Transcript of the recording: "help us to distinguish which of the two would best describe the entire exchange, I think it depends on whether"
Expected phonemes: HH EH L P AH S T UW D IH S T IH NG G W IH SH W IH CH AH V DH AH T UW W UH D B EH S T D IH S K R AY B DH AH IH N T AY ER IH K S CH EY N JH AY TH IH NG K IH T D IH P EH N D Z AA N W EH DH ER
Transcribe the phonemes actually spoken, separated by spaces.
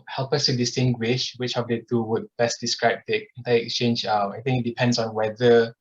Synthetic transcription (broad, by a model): HH EH L P AH S T UW D IH S T IH NG G W IH SH W IH CH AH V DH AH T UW W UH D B EH S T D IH S K R AY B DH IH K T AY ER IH K S CH EY N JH AY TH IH NG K IH T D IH P EH N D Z AA N W EH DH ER